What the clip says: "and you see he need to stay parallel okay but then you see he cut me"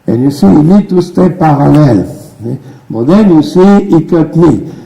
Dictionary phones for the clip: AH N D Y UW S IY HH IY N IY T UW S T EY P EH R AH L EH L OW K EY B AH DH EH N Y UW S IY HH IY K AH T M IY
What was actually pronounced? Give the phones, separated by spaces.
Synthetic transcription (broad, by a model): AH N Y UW S IY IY L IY T UW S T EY P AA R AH L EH L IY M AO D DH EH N Y UW S IY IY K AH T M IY